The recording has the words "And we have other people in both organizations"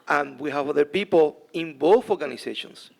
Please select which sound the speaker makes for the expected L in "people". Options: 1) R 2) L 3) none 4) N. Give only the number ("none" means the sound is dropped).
2